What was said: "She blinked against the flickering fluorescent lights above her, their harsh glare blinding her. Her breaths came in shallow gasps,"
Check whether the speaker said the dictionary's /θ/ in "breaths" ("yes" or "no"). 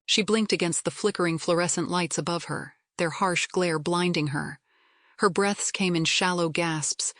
yes